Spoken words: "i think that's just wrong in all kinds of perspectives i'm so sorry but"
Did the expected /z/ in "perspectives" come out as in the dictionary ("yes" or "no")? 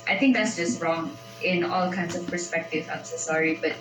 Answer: no